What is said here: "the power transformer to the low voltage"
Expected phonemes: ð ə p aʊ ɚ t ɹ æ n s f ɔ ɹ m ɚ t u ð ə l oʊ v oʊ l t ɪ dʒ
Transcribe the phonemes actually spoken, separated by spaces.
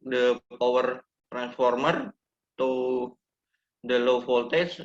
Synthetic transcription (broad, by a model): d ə p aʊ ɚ t ɹ æ n s f ɔ ɹ m ɚ t u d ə l oʊ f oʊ l t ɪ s